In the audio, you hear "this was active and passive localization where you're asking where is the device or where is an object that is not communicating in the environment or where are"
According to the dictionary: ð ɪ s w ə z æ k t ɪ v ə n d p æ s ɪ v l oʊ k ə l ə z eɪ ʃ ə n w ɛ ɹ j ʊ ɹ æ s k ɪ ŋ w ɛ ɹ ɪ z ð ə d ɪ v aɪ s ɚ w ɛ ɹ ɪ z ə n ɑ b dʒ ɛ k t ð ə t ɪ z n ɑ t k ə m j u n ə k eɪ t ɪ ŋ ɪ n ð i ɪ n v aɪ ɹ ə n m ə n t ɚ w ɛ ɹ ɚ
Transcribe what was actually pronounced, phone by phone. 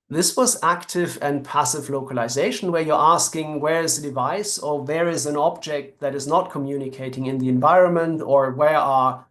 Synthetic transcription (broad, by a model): ð ɪ s w ə z æ k t ɪ v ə n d p æ s ɪ v l oʊ k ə l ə z eɪ ʃ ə n w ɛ ɹ j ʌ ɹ æ s k ɪ ŋ w ɛ ɹ ɪ z ð ə d ɪ v aɪ s ɚ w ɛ ɹ ɪ z ə n ɑ b dʒ ɛ k t ð ə t ɪ z n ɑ t k ə m j u n ə k eɪ t ɪ ŋ ɪ n ð i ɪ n v aɪ ɹ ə n m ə n t ɚ w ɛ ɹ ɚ